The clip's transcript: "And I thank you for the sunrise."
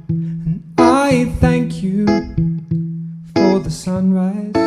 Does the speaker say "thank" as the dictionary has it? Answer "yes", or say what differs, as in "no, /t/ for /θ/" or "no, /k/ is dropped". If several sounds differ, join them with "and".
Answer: yes